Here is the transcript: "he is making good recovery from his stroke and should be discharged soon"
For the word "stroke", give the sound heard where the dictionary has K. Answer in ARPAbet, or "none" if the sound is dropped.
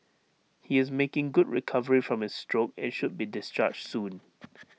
K